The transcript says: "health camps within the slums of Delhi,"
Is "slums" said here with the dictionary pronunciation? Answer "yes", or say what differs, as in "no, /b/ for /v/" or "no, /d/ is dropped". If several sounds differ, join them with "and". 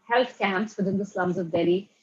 yes